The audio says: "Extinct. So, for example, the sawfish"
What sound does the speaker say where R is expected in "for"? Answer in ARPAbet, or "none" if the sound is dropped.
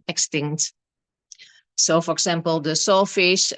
R